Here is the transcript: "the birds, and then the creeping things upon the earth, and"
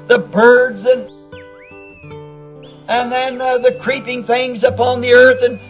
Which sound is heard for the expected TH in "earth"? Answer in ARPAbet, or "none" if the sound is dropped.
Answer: TH